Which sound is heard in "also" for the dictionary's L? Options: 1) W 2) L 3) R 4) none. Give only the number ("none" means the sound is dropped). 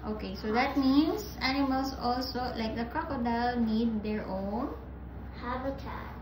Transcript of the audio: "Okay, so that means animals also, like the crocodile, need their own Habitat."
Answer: 2